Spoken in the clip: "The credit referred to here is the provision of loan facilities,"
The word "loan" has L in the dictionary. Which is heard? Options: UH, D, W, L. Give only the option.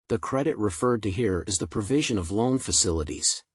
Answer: L